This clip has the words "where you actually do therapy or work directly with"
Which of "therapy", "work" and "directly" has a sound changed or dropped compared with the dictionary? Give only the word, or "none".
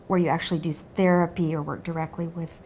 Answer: none